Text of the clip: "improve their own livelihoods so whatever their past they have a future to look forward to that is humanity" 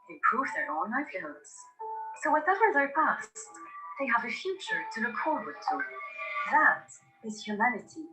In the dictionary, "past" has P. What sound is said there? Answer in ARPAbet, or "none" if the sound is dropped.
P